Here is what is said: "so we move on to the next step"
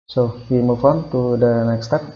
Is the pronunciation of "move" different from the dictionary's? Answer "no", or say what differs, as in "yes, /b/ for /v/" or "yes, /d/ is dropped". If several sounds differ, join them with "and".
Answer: yes, /f/ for /v/